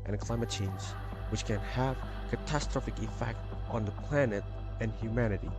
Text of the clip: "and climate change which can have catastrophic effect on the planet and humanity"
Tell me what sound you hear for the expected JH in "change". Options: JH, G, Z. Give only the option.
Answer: Z